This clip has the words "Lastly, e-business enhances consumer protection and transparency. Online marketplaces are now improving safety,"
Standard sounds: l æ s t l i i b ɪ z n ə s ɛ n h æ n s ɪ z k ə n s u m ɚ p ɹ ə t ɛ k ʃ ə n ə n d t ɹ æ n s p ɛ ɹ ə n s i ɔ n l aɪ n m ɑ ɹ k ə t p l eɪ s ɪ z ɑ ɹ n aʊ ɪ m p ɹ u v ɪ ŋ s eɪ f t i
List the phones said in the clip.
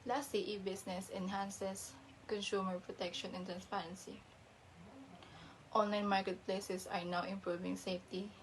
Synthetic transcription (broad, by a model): l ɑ s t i i b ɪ s n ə s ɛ n h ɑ n s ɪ s k ə n s u m ɚ p ɹ ə t ɛ k ʃ ə n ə n t ɹ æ n s p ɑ ɹ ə n s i ɔ n l aɪ n m ɑ ɹ k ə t p l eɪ s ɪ s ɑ ɹ n aʊ ɪ m p ɹ u v ɪ ŋ s eɪ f t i